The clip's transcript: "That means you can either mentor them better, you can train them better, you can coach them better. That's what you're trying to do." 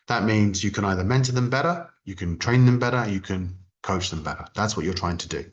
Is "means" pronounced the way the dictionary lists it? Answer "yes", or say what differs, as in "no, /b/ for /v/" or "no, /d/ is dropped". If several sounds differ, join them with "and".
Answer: yes